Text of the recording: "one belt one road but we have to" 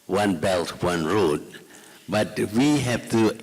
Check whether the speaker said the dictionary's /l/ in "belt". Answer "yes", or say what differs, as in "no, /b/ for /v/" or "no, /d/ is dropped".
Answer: yes